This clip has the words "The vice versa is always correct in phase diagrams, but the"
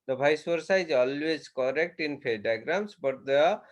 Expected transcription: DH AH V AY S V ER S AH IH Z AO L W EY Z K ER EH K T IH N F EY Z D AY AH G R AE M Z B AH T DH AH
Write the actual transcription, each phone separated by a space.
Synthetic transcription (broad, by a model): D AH B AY S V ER S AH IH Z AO L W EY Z K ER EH K T IH N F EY D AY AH G R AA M S B AH T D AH